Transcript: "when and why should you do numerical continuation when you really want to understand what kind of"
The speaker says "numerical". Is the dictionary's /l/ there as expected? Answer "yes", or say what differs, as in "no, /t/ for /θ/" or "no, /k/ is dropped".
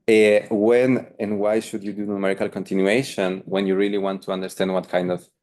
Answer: yes